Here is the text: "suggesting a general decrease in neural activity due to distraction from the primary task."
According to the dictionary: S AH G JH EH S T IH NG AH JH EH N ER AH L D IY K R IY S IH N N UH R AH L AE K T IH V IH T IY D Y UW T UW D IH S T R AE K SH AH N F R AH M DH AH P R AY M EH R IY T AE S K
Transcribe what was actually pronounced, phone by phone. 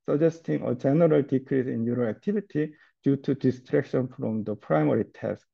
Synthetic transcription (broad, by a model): S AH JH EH S T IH NG AH JH EH N ER AH L D IY K R IY S IH N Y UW R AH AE K T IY B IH T IY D Y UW T UW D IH S T R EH K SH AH N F R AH M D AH P R AY M EH R IY T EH S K